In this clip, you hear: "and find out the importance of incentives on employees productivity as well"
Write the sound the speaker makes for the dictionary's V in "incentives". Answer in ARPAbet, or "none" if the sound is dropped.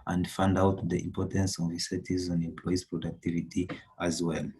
none